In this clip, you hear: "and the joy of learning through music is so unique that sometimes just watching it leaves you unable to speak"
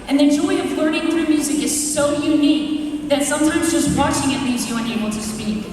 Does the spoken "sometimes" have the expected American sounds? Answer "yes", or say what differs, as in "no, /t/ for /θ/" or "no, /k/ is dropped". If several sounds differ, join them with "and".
yes